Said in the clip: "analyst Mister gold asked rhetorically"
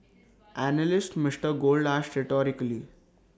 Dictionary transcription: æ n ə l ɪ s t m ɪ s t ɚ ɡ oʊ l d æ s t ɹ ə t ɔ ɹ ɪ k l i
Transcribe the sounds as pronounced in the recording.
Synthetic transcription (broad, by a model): æ n ə l ɪ s t m ɪ s t ɚ ɡ oʊ l d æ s t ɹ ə t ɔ ɹ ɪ k l i